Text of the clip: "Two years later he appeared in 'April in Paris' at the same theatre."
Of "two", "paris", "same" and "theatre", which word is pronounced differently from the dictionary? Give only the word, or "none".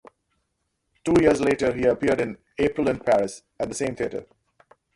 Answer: theatre